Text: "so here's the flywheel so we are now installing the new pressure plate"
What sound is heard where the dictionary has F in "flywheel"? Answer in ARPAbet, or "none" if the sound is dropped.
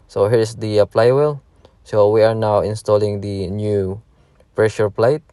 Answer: P